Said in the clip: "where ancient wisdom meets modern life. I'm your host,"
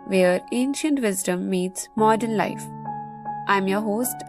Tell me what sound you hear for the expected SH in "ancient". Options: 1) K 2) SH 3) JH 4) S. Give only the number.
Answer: 2